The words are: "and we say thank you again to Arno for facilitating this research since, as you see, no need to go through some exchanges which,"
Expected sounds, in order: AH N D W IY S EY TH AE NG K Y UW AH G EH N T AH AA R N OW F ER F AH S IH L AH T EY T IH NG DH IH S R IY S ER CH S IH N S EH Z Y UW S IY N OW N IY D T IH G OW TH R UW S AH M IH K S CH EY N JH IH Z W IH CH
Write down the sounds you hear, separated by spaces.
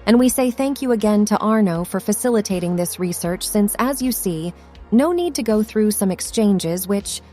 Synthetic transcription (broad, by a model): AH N W IY S EY TH AE NG K Y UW AH G EH N T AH AA R N OW F ER F AH S IH L AH T EY T IH NG DH IH S R IY S ER CH S IH N S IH Z Y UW S IY N OW N IY D T IH G OW TH R UW S AH M IH K S CH EY N JH IH Z W IH CH